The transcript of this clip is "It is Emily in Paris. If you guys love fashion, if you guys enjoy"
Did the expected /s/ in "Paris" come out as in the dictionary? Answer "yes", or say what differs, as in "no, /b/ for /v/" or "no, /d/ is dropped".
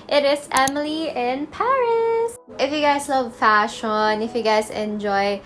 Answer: yes